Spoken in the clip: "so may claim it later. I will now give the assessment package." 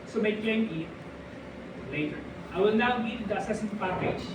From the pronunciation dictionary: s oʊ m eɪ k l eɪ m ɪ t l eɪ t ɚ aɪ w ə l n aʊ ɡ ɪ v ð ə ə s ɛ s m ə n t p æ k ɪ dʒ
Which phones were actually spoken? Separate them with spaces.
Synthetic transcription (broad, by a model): s oʊ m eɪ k eɪ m ɪ t l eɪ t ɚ aɪ w ə l n aʊ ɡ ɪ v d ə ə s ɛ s ə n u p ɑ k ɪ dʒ